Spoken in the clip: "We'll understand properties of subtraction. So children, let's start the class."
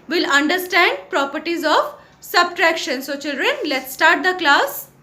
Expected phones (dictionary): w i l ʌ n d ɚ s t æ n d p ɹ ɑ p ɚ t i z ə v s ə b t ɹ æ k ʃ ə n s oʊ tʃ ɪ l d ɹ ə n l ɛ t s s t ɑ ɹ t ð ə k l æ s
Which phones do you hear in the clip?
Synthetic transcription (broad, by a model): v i l ʌ n d ɚ s t æ n d p ɹ ɑ p ɚ t i z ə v s ə b t ɹ æ k ʃ ə n s oʊ tʃ ɪ l d ɹ ə n l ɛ t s s t ɑ ɹ t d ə k l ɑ s